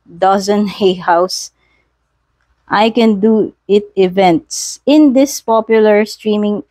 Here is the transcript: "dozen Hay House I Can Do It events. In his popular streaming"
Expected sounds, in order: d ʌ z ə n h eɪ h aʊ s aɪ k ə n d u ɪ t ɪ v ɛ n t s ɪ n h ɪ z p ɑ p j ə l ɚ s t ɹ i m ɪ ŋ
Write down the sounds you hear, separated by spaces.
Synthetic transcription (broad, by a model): d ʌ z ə n h eɪ h aʊ s aɪ k ə n d u ɪ t ɪ v ɛ n t s ɪ n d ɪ s p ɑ p j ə l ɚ s t ɹ i m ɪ ŋ